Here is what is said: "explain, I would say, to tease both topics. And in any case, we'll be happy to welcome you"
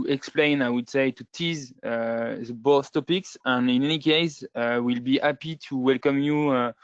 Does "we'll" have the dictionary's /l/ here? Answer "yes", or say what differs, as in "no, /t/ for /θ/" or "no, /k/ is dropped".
yes